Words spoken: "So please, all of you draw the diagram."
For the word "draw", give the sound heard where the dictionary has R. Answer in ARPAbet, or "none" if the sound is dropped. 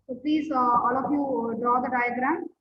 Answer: none